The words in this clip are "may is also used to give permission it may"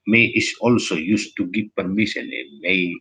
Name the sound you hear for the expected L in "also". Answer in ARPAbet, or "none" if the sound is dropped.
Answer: L